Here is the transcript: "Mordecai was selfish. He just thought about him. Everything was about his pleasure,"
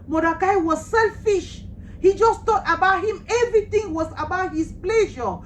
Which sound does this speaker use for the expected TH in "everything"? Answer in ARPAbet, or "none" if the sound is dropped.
T